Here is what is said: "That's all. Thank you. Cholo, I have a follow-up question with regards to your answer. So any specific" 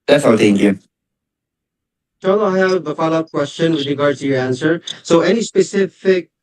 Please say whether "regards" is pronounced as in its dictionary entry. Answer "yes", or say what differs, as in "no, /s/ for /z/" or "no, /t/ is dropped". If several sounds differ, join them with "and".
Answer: no, /z/ is dropped